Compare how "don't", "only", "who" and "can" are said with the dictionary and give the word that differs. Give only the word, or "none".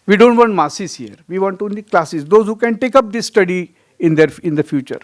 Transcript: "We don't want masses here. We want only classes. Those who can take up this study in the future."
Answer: only